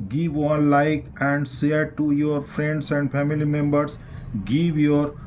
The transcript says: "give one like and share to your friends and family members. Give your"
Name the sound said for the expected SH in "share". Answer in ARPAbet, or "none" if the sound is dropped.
S